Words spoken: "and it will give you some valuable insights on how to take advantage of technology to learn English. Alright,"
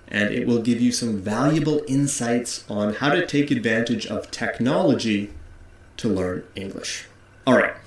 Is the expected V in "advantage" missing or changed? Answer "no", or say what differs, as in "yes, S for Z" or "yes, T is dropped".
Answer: no